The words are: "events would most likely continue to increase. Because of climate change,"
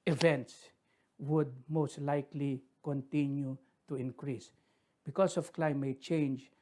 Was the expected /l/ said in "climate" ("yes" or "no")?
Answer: yes